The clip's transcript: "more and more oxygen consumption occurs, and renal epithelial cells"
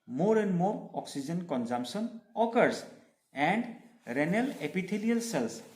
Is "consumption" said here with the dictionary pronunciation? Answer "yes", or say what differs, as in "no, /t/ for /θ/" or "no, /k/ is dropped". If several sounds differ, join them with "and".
no, /s/ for /ʃ/